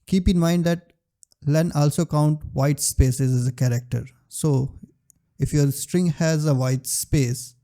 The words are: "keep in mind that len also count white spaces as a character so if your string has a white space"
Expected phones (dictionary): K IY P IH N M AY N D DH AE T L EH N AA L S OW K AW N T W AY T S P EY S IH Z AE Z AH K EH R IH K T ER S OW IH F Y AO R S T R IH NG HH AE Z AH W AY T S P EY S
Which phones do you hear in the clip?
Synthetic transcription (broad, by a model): K IY P IH N M AY N D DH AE T L EH N AA L S OW K AW N T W AY T S P EY S IH Z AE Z AH K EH R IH K T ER S OW IH F Y AO R S T R IH NG HH AE Z AH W AY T S P EY S